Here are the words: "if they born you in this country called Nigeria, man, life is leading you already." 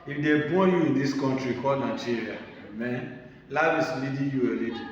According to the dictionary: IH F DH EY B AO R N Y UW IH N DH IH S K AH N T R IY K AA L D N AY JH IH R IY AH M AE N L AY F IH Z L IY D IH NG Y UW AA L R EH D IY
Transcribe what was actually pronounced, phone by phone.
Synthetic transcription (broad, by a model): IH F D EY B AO Y UW IH N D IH S K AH N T R IY K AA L N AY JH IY R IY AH M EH N L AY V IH S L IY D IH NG Y UW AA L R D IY